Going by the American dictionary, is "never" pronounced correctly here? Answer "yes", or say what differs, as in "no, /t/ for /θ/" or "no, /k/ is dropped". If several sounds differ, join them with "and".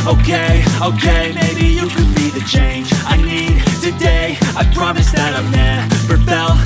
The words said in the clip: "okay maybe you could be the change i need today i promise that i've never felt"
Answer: no, /f/ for /v/